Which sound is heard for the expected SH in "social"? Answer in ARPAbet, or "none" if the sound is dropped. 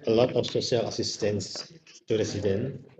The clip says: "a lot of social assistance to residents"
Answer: S